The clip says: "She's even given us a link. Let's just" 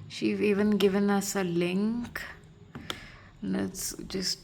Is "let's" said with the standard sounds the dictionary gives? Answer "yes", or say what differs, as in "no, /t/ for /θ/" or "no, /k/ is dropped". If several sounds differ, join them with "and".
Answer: no, /n/ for /l/